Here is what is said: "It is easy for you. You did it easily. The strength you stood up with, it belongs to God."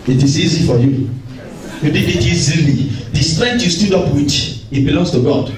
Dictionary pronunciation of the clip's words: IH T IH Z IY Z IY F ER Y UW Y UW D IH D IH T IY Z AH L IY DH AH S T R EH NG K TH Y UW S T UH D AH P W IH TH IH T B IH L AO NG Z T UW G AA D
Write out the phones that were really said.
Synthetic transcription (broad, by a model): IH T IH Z IY Z IY F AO Y UW Y UW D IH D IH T IY Z AH L IY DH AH S T R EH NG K T Y UW S T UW D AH P W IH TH IH T B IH L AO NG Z T UW G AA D